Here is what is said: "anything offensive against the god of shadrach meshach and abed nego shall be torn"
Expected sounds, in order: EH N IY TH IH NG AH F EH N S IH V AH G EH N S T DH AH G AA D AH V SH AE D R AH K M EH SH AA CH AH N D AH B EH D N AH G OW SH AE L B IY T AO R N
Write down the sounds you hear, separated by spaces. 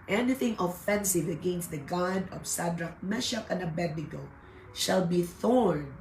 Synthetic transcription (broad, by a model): EH N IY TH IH NG AH F EH N S IH V AH G EH N S T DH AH G AA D AH V S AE D R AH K M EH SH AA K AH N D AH B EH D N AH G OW SH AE L B IY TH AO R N